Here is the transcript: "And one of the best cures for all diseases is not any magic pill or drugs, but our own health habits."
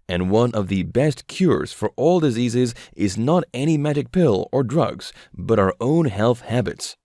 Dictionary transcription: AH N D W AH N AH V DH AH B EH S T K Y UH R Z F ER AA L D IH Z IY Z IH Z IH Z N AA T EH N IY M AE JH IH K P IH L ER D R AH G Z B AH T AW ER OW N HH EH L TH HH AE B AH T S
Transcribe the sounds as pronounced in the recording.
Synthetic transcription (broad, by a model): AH N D W AH N AH V DH AH B EH S T K Y UH R Z F ER AA L D IH Z IY Z IH Z IH Z N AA T EH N IY M AE JH IH K P IH L ER D R AH G Z B AH T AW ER OW N HH EH L TH HH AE B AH T S